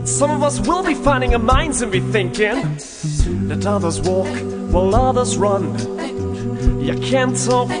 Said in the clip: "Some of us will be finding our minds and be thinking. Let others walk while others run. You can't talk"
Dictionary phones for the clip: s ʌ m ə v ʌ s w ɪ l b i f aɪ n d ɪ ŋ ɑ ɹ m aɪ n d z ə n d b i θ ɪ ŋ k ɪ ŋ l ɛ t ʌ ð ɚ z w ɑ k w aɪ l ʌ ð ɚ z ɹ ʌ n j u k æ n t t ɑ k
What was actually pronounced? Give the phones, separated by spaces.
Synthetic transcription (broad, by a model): s ʌ m ə v ʌ s w ɪ l b i f aɪ n d ɪ ŋ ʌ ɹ m aɪ n d z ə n b i θ ɪ ŋ k ɪ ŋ l ɛ t ʌ ð ɚ z w ɑ k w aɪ l ʌ ð ɚ z ɹ ʌ n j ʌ k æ n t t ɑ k